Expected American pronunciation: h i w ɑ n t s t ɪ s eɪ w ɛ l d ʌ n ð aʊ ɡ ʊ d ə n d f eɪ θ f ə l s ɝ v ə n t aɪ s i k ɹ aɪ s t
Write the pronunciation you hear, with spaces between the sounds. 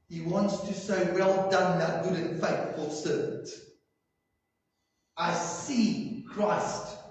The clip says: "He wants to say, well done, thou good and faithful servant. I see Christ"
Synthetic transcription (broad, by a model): h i w ɑ n t s t ɪ s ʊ w ɛ l d ʌ n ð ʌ ɡ ʊ d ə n f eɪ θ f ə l s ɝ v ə n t aɪ s i k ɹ aɪ s t